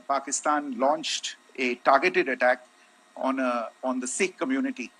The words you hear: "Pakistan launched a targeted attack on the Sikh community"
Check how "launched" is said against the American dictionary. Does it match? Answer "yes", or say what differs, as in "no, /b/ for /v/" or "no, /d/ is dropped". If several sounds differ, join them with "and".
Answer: yes